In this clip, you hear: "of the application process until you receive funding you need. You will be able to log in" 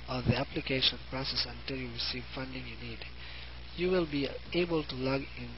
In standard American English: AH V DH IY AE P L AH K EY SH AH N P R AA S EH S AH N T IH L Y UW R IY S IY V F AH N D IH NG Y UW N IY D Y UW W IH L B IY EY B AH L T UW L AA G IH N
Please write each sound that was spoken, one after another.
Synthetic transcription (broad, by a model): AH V DH IY AE P L AH K EY SH AH N P R AA S EH S AH N T IH L Y UW R IY S IY V F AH N D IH NG Y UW N IY D Y UW W IH L B IY EY B AH L T UW L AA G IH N